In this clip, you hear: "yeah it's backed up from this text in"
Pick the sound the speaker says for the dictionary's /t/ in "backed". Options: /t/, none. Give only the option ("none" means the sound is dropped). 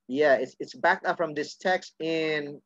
/t/